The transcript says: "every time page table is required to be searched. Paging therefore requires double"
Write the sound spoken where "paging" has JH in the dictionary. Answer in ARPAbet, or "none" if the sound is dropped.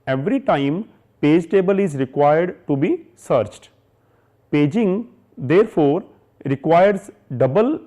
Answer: JH